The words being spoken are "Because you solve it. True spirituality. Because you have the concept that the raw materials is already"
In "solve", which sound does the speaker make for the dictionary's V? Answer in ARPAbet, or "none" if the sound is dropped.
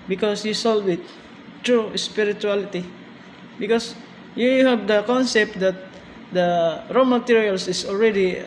W